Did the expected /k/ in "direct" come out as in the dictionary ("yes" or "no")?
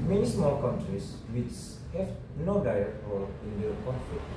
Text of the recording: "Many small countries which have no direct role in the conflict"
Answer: no